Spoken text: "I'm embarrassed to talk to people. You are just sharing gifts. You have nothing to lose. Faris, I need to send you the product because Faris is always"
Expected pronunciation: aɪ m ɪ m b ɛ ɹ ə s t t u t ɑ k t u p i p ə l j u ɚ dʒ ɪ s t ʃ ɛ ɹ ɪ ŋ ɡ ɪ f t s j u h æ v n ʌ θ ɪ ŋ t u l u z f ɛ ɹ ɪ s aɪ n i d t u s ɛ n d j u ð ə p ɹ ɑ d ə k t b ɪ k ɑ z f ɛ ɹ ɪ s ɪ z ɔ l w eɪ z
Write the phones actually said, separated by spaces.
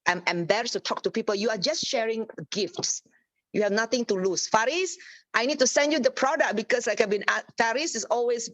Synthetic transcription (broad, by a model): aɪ m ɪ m b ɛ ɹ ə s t t u t ɑ k t u p i p ə l j u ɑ dʒ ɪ s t ʃ ɛ ɹ ɪ ŋ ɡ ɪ f t s j u h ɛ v n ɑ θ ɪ ŋ t u l u s f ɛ ɹ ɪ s aɪ n i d t u s ɛ n d j u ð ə p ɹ ɑ d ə k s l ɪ k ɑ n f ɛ ɹ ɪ s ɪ s ɔ l w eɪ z